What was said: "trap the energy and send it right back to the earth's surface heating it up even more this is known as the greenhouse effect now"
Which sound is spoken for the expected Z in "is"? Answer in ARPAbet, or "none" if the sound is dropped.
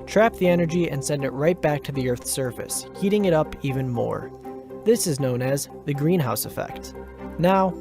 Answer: Z